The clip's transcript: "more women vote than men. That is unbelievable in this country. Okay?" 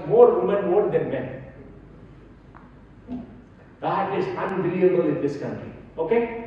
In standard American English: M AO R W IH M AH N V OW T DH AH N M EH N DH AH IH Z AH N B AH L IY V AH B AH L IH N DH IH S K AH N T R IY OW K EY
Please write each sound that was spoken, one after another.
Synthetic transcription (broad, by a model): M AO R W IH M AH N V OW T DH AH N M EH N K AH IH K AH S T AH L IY AH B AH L IH N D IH S K AH N T R IY OW K EY